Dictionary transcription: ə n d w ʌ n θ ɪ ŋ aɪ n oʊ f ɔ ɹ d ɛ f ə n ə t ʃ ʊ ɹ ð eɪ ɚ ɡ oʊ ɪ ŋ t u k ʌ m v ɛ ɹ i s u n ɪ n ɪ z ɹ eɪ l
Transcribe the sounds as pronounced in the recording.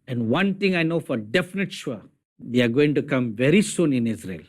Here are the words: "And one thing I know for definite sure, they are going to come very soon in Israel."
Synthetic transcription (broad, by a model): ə n d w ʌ n t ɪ ŋ aɪ n oʊ f ɔ ɹ d ɛ f ə n ə t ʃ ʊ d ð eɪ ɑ ɡ oʊ ɪ ŋ t u k ʌ m v ɛ ɹ i s u n ɪ n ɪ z ɹ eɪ l